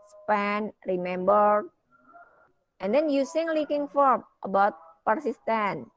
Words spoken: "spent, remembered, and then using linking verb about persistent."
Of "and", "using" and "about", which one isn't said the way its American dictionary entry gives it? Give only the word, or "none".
using